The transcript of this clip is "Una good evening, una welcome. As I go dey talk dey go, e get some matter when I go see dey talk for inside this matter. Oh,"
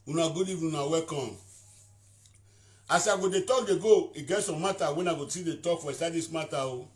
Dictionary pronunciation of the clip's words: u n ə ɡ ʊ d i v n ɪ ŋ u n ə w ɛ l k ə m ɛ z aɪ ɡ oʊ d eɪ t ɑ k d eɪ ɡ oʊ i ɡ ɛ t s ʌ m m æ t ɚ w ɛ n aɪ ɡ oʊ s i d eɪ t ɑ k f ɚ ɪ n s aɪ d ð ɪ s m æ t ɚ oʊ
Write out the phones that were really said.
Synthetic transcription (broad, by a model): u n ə ɡ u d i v ɪ u n ə w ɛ k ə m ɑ s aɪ ɡ oʊ d eɪ t ɑ k d eɪ ɡ oʊ i ɡ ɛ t s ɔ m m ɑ t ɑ w ɛ n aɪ ɡ oʊ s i d eɪ t ɑ k f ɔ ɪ s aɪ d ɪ s m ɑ t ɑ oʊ